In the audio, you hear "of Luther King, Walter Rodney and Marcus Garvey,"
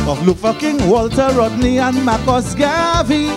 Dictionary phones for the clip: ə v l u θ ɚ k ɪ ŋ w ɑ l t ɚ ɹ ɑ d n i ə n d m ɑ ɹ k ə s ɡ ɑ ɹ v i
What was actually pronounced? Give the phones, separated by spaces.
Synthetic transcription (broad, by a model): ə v l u f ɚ k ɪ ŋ w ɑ l t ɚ ɹ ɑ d n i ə n m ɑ k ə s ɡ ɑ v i